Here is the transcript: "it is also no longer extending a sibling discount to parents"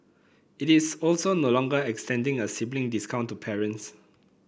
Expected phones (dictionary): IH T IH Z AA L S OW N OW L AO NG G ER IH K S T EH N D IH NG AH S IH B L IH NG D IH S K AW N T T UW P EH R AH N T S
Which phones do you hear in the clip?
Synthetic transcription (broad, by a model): IH T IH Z AA L S OW N OW L AO NG G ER IH K S T EH N D IH NG AH S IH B L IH NG D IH S K AW N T T UW P EH R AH N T S